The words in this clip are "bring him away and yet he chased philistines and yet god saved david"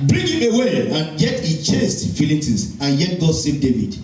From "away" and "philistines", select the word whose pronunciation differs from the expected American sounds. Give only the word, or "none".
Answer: philistines